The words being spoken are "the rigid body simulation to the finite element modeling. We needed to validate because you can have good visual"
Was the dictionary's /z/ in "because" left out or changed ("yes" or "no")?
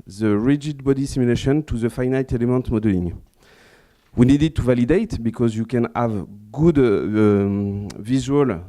no